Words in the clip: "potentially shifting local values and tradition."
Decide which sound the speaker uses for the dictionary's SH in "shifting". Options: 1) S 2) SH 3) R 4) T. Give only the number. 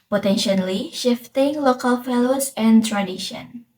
2